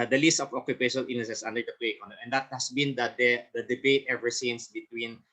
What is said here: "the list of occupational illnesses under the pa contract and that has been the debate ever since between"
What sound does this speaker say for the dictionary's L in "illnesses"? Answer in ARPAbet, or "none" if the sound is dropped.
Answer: none